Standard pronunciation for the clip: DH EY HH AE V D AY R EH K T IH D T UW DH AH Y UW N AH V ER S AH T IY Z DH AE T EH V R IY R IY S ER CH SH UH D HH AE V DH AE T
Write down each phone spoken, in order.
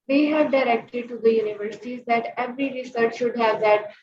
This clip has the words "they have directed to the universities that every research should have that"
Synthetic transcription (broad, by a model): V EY HH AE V D AY R EH K T IH D T UW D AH Y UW N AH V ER S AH T IY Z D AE T EH V R IY R IY S ER CH SH UH D HH AE V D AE T